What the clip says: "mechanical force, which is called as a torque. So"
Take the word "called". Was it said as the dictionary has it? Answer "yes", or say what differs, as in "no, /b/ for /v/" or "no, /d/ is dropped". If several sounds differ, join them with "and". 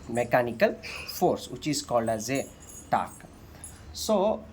no, /d/ is dropped